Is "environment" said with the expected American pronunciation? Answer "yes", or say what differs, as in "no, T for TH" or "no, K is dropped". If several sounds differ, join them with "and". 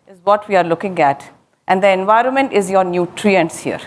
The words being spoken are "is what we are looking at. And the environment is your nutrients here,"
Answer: yes